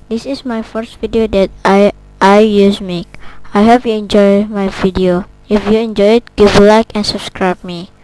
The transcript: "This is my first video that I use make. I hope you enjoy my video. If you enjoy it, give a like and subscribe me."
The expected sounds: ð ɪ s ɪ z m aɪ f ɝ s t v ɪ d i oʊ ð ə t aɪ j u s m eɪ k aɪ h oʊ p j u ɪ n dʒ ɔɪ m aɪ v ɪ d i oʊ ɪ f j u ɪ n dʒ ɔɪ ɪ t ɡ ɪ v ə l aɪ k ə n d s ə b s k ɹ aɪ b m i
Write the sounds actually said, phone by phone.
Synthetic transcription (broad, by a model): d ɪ s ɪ s m aɪ f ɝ s t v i d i oʊ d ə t aɪ j u s m eɪ k aɪ h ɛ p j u ɪ n dʒ ɔɪ m aɪ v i d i oʊ ɪ f j u ɪ n dʒ ɔɪ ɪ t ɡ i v l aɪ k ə n s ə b s k ɹ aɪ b m i